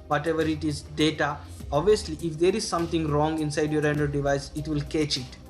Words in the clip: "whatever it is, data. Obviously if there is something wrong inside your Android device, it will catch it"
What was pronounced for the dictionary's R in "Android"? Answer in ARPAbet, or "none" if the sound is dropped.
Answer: none